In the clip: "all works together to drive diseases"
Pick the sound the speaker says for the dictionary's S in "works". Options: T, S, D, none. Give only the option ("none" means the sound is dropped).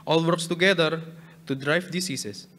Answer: S